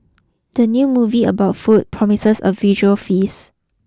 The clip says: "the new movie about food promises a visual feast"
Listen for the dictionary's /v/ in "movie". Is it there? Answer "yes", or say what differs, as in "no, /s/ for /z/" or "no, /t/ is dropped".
yes